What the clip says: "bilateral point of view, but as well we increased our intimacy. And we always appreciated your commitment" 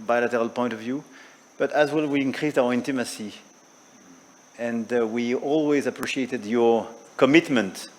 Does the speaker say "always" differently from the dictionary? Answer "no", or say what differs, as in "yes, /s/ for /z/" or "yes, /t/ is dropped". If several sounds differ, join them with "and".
no